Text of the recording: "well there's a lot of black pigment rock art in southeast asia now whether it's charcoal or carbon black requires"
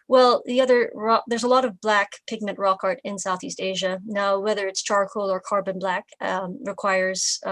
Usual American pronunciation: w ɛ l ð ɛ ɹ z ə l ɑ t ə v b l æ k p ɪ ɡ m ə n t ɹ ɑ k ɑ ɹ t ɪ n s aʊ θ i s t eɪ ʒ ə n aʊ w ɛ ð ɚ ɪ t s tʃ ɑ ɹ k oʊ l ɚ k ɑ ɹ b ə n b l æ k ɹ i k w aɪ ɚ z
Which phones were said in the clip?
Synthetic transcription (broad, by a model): w ɛ l ð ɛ ɹ z ə l ɑ t ə v b l æ k p ɪ ɡ m ə n t ɹ ɑ k ɑ ɹ t ɪ n s aʊ θ i s t eɪ ʒ ə n aʊ w ɛ ð ɚ ɪ t s tʃ ɑ ɹ k oʊ l ɚ k ɑ ɹ b ə n b l æ k ɹ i k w aɪ ɚ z